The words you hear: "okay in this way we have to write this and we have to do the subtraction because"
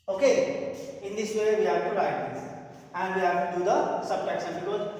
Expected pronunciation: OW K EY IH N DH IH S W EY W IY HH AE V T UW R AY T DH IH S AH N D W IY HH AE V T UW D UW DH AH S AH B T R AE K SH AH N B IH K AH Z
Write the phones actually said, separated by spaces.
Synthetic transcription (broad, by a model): OW K EY IH N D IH S W EY W IY HH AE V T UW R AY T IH AH N D W IY HH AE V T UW D UW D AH S AH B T AE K S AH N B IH K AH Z